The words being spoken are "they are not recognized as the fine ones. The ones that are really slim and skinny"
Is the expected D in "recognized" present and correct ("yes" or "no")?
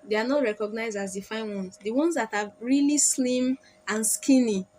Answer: yes